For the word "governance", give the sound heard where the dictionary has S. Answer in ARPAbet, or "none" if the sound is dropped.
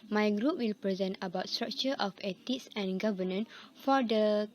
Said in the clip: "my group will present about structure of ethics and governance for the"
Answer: none